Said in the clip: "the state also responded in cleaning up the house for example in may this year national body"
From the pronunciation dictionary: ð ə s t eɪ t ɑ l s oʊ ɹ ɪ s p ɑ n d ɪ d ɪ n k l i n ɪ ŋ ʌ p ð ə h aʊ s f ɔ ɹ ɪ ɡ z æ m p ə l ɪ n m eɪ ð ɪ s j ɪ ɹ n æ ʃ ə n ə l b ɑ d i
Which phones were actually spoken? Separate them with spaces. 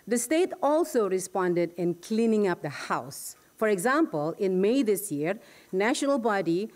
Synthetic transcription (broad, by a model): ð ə s t eɪ t ɑ l s oʊ ɹ ɪ s p ɑ n d ɪ d ɪ n k l i n ɪ ŋ ʌ p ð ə h aʊ s f ɔ ɹ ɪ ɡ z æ m p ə l ɪ n m eɪ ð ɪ s j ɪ ɹ n æ ʃ ə n ə l b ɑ d i